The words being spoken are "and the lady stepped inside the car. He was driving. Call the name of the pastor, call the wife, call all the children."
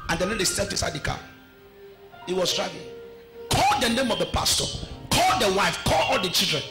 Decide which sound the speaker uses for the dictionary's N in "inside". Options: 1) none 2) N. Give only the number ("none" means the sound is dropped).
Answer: 1